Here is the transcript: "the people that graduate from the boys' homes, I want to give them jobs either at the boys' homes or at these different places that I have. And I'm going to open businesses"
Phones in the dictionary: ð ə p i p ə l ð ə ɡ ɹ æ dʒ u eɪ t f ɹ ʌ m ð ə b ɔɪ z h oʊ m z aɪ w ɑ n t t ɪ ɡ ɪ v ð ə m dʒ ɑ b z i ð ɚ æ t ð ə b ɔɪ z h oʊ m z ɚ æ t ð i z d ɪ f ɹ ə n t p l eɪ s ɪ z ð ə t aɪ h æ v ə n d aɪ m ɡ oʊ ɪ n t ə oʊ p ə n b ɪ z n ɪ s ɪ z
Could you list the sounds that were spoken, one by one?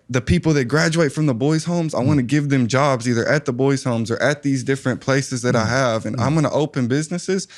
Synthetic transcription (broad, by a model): ð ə p i p l ð ə ɡ ɹ æ dʒ u eɪ t f ɹ ʌ m ð ə b ɔɪ z h oʊ m z aɪ w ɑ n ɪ ɡ ɪ v ð ə m dʒ ɑ b z i ð ɚ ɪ t ð ə b ɔɪ z h oʊ m z ɚ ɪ t ð i z d ɪ f ɹ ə n p l eɪ s ɪ z ð ə t aɪ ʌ v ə n aɪ m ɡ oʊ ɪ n t ə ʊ p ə n b ɪ z n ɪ s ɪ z